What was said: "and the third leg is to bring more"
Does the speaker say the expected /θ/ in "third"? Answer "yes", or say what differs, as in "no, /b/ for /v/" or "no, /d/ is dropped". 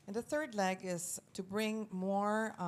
yes